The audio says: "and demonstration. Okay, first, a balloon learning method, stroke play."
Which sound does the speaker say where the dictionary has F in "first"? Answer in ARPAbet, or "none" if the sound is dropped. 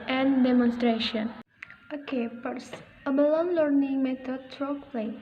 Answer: P